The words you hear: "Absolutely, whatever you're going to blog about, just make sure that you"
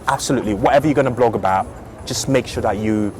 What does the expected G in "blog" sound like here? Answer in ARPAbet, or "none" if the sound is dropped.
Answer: G